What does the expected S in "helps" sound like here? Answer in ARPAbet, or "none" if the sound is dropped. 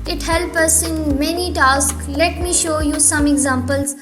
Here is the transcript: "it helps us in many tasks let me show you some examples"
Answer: none